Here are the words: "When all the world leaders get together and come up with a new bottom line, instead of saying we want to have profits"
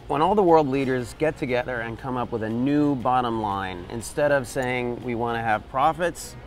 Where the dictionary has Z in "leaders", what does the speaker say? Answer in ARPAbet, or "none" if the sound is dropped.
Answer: Z